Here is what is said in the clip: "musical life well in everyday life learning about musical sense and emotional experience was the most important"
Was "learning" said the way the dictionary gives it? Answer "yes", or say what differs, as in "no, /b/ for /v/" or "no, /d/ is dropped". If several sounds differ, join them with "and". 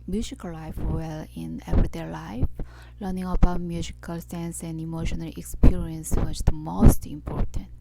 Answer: yes